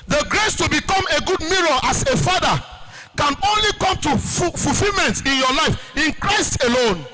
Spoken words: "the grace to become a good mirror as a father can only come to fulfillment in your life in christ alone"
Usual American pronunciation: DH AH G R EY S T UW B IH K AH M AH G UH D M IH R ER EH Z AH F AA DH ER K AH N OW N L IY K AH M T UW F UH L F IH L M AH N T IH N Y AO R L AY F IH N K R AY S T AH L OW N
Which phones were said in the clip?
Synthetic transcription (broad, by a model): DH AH G R EY S T UW B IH K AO M AH G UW D M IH R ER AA S AH F AA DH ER K AH N OW N L IY K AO M T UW F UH L F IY L M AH N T IH N Y AO L AY F IH N K R AY S T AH L OW N